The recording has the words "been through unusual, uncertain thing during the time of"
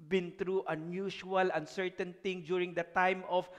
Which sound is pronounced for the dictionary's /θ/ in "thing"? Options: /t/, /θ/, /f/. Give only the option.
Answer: /t/